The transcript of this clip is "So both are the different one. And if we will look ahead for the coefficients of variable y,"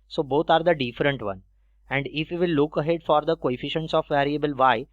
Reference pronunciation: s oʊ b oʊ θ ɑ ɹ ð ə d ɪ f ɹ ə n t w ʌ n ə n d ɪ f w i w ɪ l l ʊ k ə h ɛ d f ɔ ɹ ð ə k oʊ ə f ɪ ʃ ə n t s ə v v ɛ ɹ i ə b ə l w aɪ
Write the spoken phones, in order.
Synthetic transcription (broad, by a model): s oʊ b oʊ t ɑ ɹ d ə d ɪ f ɹ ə n t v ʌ n ə n d ɪ f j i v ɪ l l ʊ k ə h ɛ d f ɔ ɹ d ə k oʊ ə f ɪ ʃ ə n t s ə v v ɛ ɹ i ə b ə l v aɪ